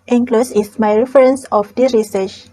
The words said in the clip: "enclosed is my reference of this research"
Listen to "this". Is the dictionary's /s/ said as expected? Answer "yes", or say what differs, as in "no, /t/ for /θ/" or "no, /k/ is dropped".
no, /s/ is dropped